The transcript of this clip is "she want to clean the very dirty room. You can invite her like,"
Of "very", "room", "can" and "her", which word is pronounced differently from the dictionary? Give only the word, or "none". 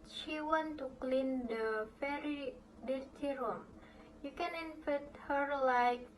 very